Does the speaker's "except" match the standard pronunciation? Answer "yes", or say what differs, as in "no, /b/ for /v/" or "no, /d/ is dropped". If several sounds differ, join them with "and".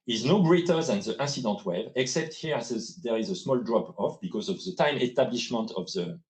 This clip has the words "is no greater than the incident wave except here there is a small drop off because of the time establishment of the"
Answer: yes